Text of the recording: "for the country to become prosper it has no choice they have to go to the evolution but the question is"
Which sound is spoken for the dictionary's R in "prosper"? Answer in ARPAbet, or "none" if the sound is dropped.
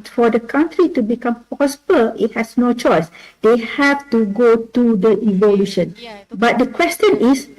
none